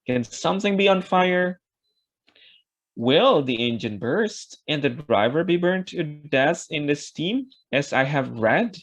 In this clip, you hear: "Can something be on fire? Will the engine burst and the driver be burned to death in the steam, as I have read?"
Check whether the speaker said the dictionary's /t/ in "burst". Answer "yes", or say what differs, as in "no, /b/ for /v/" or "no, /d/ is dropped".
yes